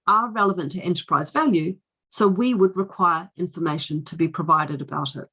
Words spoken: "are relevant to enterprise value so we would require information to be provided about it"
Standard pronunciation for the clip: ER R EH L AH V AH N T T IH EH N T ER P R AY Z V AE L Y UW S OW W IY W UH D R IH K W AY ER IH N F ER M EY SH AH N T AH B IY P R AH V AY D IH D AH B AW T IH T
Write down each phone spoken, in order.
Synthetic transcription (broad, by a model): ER R EH L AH V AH N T T IH EH N T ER P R AY Z V AE L Y UW S OW W IY W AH D R IH K W AY ER IH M F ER M EY SH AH N T AH B IY P R AH V AY D IH D AH B AW T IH T